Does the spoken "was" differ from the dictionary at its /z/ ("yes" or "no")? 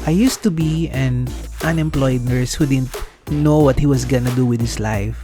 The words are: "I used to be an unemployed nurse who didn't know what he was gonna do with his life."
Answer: yes